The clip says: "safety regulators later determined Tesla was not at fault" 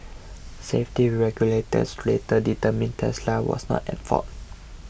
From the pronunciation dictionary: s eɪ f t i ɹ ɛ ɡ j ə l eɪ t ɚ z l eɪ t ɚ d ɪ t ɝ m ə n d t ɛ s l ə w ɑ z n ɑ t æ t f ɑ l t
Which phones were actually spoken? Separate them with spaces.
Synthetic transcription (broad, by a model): s eɪ f t i ɹ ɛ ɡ j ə l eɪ t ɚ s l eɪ t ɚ d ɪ t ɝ m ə n t ɛ s l ə w ɑ s n ɑ t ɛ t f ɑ t